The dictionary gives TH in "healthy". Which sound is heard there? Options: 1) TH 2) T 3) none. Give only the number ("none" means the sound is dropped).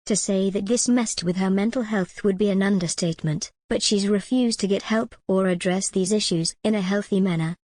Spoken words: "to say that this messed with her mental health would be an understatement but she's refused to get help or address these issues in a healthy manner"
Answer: 1